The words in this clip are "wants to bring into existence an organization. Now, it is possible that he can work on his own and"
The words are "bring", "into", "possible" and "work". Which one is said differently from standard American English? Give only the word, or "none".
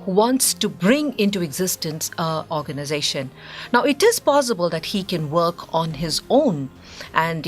none